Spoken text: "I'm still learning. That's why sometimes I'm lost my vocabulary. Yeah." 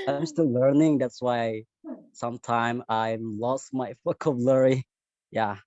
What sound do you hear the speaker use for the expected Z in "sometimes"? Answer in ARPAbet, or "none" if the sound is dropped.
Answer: none